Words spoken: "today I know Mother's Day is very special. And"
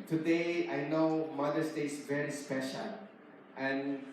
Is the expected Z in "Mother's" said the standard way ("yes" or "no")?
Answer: no